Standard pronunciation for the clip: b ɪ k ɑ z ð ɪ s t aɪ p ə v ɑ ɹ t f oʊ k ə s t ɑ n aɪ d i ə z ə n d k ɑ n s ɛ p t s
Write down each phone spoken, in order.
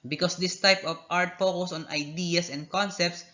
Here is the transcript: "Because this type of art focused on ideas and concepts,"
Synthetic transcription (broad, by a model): b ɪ k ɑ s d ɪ s t aɪ p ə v ɑ ɹ t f oʊ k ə s ɑ n aɪ d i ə s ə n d k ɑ n s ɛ p t s